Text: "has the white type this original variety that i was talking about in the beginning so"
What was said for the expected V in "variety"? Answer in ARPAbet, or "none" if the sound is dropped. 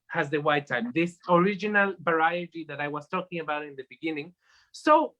B